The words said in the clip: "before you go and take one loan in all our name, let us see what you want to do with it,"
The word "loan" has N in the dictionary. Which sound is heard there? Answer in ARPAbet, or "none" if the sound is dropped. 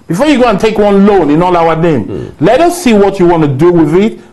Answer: N